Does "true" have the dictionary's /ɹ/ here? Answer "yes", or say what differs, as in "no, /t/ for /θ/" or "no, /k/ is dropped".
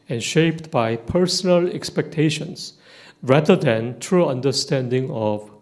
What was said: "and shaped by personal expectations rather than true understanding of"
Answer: yes